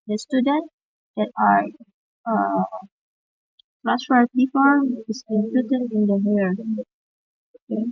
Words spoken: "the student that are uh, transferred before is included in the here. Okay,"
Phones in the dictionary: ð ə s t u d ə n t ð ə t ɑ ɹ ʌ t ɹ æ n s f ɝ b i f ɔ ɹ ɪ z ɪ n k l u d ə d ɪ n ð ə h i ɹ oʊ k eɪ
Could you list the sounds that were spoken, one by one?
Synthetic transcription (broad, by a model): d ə s t u d ə n t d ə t ɑ ɹ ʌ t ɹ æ s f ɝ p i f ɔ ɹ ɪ s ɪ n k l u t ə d ɪ n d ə h i ɹ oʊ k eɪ